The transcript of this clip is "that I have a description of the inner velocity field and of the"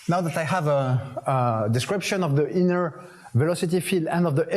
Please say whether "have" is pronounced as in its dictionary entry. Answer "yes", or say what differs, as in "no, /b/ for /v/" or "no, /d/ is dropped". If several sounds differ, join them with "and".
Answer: yes